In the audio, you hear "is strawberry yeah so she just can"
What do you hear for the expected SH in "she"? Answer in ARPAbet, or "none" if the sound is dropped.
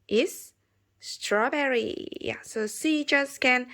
S